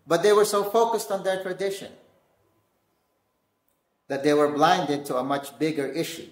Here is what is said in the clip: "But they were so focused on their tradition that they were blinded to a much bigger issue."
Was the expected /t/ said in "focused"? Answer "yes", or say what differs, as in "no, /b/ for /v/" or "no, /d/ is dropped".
yes